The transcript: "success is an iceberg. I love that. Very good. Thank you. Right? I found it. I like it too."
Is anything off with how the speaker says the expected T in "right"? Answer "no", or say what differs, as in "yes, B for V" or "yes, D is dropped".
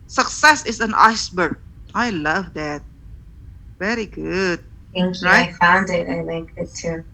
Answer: yes, T is dropped